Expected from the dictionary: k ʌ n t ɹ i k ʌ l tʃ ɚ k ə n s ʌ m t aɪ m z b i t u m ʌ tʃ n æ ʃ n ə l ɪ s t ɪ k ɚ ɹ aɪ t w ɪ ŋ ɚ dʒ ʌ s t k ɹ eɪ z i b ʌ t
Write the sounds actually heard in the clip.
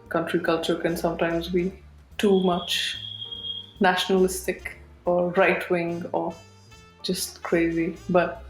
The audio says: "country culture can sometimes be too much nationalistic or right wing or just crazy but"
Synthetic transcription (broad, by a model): k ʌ n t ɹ i k ʌ l tʃ ɚ k ə n s ʌ m t aɪ m z b i t u m ʌ tʃ n æ ʃ n ə l ɪ s t ɪ k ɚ ɹ aɪ t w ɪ ŋ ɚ dʒ ʌ s t k ɹ eɪ z i b ʌ t